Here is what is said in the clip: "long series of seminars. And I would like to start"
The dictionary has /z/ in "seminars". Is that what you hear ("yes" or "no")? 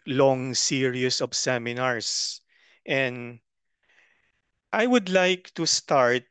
no